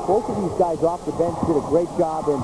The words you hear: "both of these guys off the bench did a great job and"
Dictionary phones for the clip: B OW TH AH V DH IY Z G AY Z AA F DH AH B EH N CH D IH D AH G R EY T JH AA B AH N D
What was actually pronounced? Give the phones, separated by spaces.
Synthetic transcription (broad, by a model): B OW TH AH V DH IY Z G AY Z AA F DH AH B EH N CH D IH D AH G R EY T JH AA B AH N